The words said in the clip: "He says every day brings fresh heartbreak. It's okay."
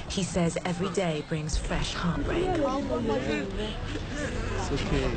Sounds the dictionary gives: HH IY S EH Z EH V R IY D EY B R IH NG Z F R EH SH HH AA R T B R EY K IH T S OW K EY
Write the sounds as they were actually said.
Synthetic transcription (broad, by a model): HH IY S EH Z EH V R IY D EY B R IH NG Z F R EH SH HH AA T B R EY IH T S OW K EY